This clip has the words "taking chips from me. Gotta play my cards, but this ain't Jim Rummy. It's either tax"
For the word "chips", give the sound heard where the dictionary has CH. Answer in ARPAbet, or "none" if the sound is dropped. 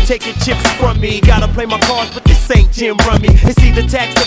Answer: CH